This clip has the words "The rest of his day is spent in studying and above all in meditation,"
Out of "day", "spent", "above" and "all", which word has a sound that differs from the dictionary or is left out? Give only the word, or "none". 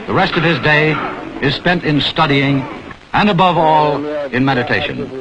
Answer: none